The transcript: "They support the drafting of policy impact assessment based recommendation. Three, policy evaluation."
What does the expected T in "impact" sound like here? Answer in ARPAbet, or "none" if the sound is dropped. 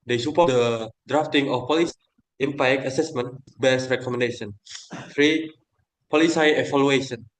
none